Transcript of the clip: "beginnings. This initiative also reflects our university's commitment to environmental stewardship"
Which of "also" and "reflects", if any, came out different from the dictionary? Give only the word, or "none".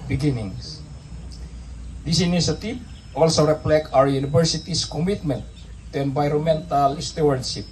reflects